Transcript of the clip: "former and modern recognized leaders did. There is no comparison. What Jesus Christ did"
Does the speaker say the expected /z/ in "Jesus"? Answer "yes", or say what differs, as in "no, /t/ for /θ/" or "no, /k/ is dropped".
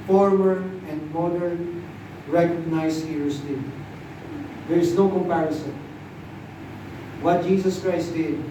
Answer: no, /s/ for /z/